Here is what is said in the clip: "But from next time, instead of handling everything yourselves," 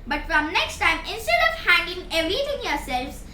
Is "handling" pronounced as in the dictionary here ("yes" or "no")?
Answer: no